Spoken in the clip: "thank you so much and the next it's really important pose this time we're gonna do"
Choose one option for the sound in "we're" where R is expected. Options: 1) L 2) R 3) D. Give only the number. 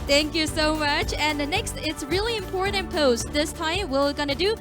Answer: 1